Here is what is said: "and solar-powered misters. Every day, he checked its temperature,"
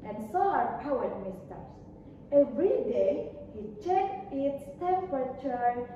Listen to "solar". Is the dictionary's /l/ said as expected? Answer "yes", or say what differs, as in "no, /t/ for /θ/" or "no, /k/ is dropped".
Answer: no, /l/ is dropped